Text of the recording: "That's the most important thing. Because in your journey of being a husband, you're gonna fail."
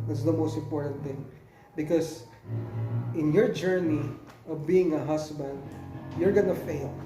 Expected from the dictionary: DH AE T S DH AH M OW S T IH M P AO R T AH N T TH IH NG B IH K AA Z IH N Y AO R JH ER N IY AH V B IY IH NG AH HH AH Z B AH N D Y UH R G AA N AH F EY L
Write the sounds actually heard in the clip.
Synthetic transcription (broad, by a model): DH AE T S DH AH M OW S T IH M P AO R T AH N T TH IH NG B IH K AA S IH N Y AO R JH ER N IY AH V B IY IH NG AH HH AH S B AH N D Y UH R G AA N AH F EY L